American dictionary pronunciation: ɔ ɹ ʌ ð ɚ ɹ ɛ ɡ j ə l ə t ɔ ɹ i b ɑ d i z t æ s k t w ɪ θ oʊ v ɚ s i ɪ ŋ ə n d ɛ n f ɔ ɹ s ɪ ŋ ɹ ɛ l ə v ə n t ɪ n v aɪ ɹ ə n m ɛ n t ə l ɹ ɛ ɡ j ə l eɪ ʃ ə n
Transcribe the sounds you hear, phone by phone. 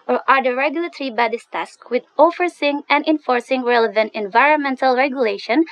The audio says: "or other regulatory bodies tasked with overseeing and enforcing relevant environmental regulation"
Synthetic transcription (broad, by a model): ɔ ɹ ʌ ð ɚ ɹ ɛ ɡ j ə l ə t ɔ ɹ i b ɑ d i s t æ s k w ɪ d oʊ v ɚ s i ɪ ŋ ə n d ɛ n f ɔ ɹ s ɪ ŋ ɹ ɛ l ə v ə n t ɪ n v aɪ ɹ ə n m ɛ n t ə l ɹ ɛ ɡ j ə l eɪ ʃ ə n